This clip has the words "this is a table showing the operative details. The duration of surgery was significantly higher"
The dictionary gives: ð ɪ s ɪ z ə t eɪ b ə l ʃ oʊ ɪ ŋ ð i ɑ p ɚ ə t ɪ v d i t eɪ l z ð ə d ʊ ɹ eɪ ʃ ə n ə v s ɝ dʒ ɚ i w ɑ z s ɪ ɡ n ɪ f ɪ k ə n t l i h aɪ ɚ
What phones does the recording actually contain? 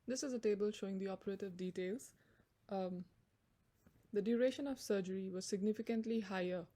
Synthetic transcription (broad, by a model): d ɪ s ɪ z ə t eɪ b ə l ʃ oʊ ɪ ŋ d i ɑ p ɚ ə t ɪ v d i t eɪ l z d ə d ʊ ɹ eɪ ʃ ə n ə v s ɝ dʒ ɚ i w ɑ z s ɪ ɡ n ɪ f ɪ k ə n t l i h aɪ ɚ